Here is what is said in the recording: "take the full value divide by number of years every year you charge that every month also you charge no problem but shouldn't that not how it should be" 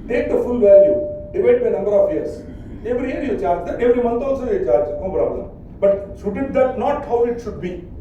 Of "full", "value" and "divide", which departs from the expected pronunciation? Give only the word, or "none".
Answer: divide